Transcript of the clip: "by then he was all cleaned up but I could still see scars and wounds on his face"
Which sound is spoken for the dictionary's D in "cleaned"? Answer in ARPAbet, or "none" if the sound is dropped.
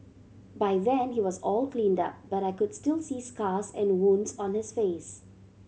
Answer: D